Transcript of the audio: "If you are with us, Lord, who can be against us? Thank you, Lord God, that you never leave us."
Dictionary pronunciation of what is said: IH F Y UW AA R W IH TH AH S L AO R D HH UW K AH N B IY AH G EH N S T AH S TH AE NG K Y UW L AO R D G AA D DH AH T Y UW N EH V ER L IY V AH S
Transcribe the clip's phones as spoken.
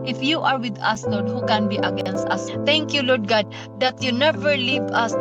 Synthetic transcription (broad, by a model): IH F Y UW AA R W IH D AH S L AO R D HH UW K AH N B IY AH G EH N S T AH S T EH NG K Y UW L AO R D G AA D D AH T Y UW N EH V ER L IY V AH S